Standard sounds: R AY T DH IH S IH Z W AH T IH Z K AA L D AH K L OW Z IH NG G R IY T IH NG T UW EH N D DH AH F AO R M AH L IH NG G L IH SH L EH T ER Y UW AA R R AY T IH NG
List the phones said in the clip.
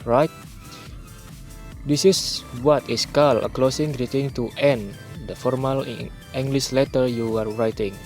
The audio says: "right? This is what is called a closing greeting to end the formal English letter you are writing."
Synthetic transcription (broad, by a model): R AY T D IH S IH S W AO T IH S K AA L AH K L OW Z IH NG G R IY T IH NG T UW EH N D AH F AO R M AH L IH NG G L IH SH L EH T ER Y UW AA R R AY T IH NG